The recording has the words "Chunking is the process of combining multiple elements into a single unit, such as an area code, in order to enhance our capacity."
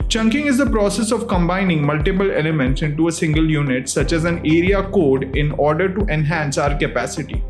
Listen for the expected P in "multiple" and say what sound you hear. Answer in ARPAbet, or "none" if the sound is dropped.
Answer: P